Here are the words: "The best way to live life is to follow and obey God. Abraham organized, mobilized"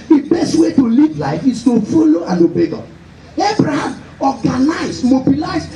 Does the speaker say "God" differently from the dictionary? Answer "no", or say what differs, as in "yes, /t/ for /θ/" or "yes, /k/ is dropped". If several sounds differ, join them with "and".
yes, /d/ is dropped